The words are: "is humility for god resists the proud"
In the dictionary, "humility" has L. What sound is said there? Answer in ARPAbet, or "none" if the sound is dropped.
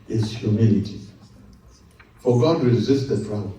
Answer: L